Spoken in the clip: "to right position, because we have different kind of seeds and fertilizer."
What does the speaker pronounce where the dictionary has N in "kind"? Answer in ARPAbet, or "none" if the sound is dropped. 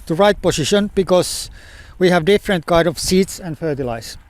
none